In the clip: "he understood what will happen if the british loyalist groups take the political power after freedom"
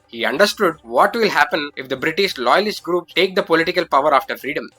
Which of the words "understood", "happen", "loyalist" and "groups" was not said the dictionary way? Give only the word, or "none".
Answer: groups